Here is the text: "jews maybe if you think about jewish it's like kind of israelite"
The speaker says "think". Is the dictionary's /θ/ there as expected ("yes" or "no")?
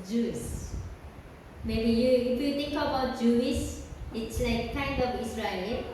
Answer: no